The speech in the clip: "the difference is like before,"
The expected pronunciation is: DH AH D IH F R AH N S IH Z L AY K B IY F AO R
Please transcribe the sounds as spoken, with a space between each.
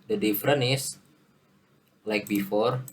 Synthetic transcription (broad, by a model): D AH D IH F R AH N IH S L AY K B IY F AO R